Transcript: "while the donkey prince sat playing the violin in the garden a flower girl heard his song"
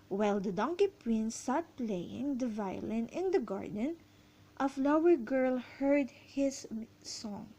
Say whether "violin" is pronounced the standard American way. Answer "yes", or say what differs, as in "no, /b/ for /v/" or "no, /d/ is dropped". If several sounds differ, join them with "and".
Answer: yes